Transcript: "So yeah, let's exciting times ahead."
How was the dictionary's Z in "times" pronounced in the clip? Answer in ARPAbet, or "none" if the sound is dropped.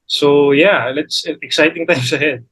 S